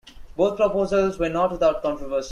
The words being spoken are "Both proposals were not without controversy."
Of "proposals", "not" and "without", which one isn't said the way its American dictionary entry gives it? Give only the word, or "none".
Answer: without